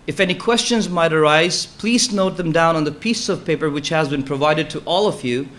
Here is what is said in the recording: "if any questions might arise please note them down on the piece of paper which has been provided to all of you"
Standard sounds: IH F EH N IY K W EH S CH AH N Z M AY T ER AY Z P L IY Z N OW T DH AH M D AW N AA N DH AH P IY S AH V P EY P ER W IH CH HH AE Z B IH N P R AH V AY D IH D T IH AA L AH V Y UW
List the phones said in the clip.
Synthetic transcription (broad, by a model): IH F EH N IY K W EH S CH AH N Z M AY T ER AY Z P L IY Z N OW T DH AH M D AW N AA N DH AH P IY S AH V P EY P ER W IH CH HH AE Z B IH N P R AH V AY D IH D T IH AA L AH V Y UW